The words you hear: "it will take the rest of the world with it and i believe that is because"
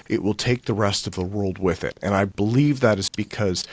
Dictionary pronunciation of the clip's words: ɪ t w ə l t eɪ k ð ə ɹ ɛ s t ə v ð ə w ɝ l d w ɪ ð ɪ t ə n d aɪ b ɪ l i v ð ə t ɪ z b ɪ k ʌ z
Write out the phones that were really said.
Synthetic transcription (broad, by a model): ɪ t w ə l t eɪ k ð ə ɹ ɛ s t ə v ð ə w ɝ l d w ɪ ð ɪ t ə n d aɪ b ɪ l i v ð ə t ɪ z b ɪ k ʌ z